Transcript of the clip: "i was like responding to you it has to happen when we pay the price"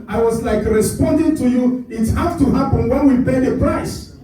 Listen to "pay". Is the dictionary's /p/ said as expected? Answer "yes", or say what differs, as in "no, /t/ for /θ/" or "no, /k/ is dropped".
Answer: yes